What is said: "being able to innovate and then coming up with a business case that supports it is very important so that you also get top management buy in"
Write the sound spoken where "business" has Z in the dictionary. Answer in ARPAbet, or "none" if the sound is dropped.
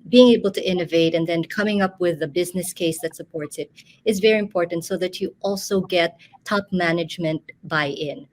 Z